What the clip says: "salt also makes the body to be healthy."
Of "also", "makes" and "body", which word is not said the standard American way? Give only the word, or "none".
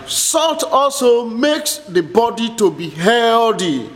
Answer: none